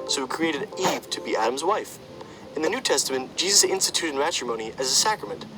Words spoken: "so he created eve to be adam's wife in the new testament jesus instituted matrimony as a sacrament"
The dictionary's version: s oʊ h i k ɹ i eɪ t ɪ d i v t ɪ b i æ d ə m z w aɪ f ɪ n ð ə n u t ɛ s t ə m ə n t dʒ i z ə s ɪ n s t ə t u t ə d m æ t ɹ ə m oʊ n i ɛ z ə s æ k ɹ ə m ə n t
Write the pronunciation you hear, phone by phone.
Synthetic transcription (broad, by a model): s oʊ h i k ɹ i eɪ t ɪ d i v t ɪ b i æ d ə m z w aɪ f ɪ n ð ə n u t ɛ s t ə m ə n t dʒ i z ə s ɪ n s t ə t u t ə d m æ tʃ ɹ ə m oʊ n i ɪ z ə s æ k ɹ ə m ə n t